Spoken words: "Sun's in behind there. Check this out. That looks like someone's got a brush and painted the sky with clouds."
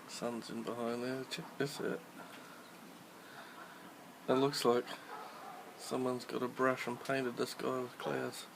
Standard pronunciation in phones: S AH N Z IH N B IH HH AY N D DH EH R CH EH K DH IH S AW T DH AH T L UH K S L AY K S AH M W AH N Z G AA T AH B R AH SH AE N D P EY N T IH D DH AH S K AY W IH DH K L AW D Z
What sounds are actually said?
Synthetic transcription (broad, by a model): S AH N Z IH N B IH HH AY N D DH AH CH EH K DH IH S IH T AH T L UH K S L AY K S AH M W AH N Z G AA T AH B R AH SH N P EY N T IH D DH AH S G AY W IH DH K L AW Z